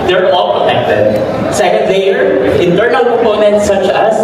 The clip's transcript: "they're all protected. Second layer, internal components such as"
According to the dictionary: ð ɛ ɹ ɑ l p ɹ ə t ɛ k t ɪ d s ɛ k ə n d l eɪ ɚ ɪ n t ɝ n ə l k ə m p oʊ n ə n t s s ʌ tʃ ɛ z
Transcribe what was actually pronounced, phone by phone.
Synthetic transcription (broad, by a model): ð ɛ ɹ ɑ l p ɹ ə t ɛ k t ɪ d s ɛ k ə n d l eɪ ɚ ɪ n t ɝ n ə l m oʊ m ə n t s s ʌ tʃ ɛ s